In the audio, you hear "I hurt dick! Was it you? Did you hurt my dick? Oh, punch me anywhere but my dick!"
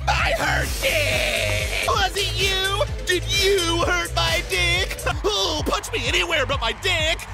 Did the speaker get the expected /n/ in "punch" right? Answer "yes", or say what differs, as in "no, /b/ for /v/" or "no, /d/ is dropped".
no, /n/ is dropped